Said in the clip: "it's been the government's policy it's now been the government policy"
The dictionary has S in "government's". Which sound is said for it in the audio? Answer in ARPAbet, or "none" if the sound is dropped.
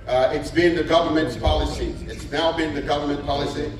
S